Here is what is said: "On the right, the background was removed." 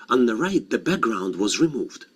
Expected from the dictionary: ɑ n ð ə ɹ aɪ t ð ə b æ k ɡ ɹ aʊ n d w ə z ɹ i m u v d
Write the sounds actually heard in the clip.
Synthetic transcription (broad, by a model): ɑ n ð ə ɹ aɪ t ð ə b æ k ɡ ɹ aʊ n d w ə z ɹ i m u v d